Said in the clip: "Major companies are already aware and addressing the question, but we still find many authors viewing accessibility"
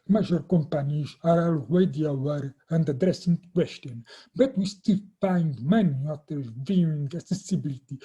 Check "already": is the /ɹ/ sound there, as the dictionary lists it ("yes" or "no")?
no